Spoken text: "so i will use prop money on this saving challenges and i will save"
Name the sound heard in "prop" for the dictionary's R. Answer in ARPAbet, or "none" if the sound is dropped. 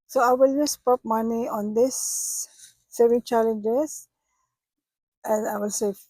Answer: none